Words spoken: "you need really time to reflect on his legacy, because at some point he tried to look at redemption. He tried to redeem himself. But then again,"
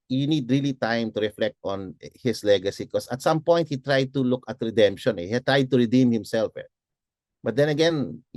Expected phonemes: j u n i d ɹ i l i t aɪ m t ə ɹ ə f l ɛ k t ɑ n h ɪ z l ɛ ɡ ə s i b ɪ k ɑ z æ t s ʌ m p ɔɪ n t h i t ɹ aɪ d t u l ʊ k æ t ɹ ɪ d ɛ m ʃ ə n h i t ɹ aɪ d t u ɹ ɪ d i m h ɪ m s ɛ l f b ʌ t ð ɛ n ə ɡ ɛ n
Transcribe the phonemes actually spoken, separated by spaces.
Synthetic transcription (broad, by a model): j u n i d ɹ i l i t aɪ m t ə ɹ ə f l ɛ k t ɑ n h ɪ s l ɛ ɡ ə s i k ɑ s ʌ t s ʌ m p ɔɪ n t h i t ɹ aɪ d t u l ʊ k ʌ t ɹ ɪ d ɛ m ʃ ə n h i t ɹ aɪ d t u ɹ ɪ d i m h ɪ m s ɛ l f b ʌ t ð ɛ n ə ɡ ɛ n